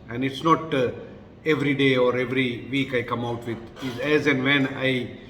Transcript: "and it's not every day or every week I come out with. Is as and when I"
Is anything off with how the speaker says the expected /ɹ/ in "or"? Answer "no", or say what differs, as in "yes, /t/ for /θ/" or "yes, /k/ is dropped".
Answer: no